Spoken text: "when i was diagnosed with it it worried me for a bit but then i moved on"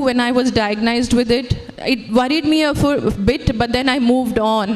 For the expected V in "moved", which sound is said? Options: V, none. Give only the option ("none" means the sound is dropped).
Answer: V